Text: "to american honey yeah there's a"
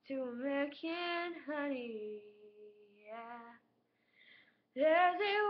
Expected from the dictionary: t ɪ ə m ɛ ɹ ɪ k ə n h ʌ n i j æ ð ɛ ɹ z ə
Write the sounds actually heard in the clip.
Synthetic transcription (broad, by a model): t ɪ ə m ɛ ɪ k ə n h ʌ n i j æ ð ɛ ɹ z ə